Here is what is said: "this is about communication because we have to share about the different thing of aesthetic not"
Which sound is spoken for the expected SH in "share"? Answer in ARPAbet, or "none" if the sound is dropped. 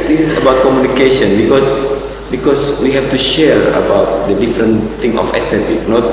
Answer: SH